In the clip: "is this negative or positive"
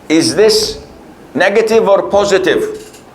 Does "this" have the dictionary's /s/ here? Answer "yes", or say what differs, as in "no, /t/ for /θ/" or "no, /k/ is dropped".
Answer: yes